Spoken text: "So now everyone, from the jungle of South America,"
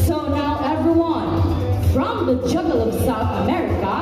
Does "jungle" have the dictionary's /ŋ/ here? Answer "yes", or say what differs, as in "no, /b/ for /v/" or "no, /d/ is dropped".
no, /ŋ/ is dropped